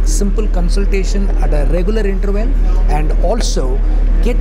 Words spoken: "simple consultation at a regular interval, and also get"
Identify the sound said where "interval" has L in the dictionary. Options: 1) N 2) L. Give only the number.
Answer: 1